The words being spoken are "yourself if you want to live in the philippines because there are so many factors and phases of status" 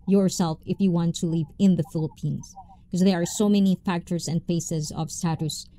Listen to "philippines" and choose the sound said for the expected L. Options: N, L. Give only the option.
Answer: L